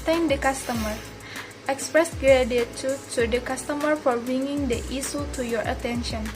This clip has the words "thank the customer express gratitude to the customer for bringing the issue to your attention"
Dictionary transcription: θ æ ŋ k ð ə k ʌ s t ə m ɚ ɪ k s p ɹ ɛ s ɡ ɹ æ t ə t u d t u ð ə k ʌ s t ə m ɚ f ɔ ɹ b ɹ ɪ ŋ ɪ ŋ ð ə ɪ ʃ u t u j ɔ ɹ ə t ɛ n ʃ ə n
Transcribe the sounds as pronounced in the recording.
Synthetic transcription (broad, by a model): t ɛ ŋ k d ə k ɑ s t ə m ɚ ɪ k s p ɹ ɛ s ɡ ɹ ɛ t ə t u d t u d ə k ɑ s t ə m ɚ f ɔ ɹ b ɹ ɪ ŋ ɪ ŋ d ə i s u t u j ɔ ɹ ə t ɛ n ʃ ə n